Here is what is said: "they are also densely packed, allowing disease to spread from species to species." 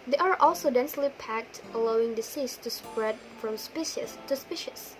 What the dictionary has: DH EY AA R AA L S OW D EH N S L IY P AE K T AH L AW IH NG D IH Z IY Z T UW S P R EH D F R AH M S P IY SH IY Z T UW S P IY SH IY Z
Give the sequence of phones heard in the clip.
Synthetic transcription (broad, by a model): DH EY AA R AA L S OW D EH N S L IY P AE K T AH L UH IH NG D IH S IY S T UW S P R EH D F R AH M S P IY SH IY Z T UW S P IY SH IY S